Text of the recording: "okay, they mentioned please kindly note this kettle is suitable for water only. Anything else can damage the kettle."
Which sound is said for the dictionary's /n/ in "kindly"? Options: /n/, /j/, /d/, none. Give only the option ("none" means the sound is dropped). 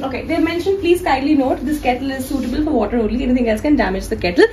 none